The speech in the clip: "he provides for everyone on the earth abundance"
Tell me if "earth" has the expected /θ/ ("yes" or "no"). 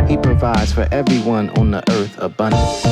yes